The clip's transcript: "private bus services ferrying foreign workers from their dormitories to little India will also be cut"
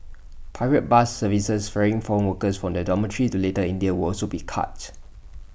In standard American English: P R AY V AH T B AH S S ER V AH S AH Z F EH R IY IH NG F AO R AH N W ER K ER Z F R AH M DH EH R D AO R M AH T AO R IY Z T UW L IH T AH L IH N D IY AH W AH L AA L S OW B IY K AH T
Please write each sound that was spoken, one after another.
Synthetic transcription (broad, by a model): P AY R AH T B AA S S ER V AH S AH S F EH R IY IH NG F AO R AH N W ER K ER S F R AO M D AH D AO M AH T R IY T UW L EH T AH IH N D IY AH W AH L AA L S OW B IY K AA T